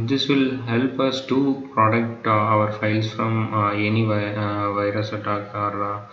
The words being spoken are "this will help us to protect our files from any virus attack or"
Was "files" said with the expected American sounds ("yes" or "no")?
no